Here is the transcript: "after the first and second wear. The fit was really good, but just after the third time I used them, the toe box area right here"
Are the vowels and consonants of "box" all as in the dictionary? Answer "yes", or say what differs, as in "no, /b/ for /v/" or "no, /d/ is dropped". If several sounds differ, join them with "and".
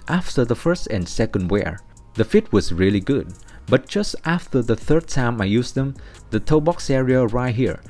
yes